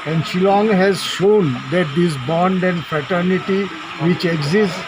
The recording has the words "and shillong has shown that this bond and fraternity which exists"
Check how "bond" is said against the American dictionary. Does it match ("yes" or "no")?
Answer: yes